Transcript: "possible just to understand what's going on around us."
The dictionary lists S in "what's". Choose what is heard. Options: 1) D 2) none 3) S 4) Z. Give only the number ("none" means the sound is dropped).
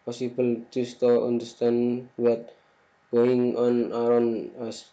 2